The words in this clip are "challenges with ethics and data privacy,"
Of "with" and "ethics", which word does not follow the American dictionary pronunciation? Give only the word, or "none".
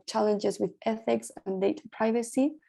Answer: none